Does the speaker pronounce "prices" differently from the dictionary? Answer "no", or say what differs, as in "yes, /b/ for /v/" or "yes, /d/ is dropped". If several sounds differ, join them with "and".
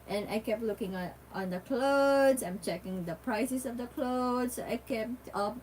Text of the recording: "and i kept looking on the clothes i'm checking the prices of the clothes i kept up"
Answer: yes, /s/ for /z/